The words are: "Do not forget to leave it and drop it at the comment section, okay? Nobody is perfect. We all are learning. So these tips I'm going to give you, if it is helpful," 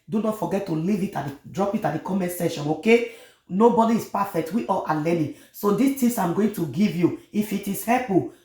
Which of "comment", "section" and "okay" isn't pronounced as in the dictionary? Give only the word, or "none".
section